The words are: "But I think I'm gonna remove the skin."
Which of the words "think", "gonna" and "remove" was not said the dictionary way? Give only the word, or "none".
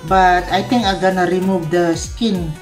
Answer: think